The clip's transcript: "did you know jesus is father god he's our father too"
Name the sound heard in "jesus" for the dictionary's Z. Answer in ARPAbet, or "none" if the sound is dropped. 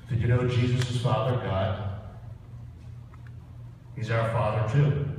Z